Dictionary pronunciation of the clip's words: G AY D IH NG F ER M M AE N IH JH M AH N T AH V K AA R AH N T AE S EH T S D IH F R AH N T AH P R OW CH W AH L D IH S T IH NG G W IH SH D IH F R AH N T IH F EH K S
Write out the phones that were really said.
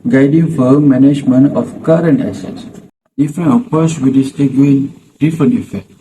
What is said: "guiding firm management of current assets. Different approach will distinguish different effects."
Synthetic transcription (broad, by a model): G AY D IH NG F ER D M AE N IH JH M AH N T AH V K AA R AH N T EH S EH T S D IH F R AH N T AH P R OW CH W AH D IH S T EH G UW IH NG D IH F R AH N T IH F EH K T